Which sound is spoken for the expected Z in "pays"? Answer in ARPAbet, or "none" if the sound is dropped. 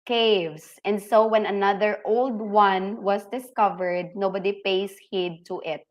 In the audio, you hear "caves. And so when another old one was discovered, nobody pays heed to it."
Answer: S